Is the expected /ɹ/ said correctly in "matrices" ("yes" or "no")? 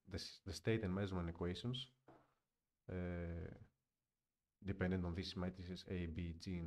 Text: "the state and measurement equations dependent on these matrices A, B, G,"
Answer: no